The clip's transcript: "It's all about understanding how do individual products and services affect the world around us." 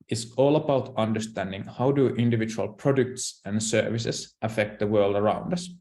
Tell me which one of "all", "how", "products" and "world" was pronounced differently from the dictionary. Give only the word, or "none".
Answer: none